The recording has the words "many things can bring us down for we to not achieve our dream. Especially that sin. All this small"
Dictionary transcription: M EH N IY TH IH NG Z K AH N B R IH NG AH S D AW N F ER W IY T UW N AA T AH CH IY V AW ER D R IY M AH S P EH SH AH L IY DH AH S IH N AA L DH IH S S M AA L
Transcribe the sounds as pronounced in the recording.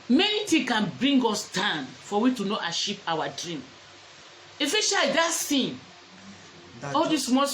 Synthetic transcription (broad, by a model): M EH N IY T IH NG K AH N B R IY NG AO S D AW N F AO W IY T UW N AA T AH SH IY P AW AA D R IY M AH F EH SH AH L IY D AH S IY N AA L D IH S S M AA